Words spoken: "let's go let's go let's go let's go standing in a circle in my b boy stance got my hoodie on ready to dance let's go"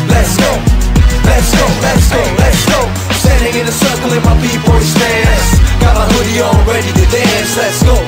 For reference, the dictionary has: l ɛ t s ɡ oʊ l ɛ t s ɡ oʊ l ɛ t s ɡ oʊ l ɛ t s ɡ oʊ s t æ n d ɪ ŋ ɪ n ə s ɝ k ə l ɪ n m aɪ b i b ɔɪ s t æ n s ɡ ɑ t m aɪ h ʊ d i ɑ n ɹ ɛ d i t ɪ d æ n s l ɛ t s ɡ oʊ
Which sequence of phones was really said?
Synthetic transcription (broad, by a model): l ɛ t s ɡ oʊ l ɛ t s ɡ oʊ l ɛ t s ɡ oʊ l ɛ t s ɡ oʊ s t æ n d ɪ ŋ ɪ n ə s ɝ k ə l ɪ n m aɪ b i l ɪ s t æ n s ɡ ɑ t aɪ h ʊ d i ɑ l ɹ ɛ d i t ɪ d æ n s l ɛ t s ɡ oʊ